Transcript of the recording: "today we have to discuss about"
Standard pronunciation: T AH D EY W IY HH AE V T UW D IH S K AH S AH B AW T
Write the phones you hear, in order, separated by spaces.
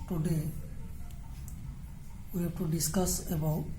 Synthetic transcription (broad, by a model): T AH D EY W IY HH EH P T UW D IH S K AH S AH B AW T